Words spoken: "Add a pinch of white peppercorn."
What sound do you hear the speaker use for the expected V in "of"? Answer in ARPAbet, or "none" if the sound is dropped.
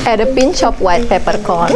P